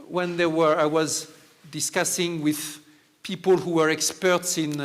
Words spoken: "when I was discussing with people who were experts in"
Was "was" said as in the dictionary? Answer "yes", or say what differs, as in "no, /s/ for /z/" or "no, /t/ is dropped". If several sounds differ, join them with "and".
yes